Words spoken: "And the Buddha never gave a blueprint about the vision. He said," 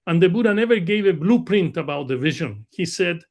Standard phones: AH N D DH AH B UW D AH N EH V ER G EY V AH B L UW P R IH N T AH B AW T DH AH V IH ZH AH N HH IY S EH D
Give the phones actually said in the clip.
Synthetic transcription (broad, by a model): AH N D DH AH B UW D AH N EH V ER G EY V AH B L UW P R IH N T AH B AW T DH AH V IH ZH AH N HH IY S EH D